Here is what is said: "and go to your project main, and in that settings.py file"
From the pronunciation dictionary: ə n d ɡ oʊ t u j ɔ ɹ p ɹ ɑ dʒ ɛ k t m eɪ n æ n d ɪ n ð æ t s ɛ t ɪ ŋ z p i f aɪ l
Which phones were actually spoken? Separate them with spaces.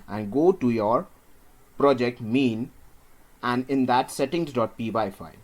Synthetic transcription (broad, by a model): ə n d ɡ oʊ t u j ɔ ɹ p ɹ ɑ dʒ ɛ k t m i n æ n d ɪ n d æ t s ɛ t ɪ ŋ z p i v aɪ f